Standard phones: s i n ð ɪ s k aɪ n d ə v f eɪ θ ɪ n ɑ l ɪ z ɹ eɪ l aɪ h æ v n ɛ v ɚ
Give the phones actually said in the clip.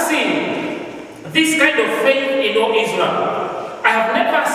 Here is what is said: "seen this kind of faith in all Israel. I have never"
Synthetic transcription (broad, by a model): s i n ð ɪ s k aɪ n d ə v f eɪ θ ɪ n ɑ l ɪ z l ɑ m aɪ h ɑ v n ɛ v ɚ